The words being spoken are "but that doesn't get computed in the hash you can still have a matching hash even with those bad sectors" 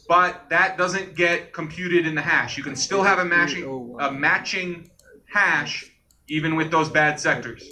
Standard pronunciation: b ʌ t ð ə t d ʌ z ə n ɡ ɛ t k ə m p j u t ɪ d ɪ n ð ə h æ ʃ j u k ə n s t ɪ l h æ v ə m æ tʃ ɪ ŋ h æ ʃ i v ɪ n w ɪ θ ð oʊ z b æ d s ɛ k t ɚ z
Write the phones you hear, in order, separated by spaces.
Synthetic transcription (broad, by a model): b ʌ t ð ə t d ʌ z ə n ɡ ɛ t k ə m p j u t ɪ d ɪ n ð ə h æ ʃ j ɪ k ə n s t ɪ l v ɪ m ə m æ tʃ ɪ ŋ h æ ʃ i v ɪ n w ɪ ð oʊ z b æ d s ɛ k t ɚ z